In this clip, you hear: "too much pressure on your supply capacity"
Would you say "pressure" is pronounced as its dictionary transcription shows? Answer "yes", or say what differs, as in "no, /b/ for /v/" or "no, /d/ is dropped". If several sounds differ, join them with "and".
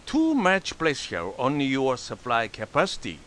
no, /l/ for /ɹ/ and /s/ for /ʃ/